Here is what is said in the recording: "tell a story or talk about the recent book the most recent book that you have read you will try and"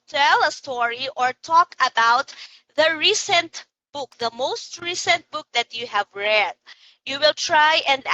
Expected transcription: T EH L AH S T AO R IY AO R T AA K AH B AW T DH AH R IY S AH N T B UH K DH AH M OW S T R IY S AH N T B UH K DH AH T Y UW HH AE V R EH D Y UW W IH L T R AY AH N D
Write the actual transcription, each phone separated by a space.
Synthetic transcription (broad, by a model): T EH L AH S T AO R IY AO R T AA K AH B AW T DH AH R IY S AH N T B UH K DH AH M OW S T R IY S AH N T B UH K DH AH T Y UW HH AE V R EH D Y UW W IH L T R AY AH N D